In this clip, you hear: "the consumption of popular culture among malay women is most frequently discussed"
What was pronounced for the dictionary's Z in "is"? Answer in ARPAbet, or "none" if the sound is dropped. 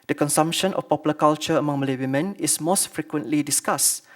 S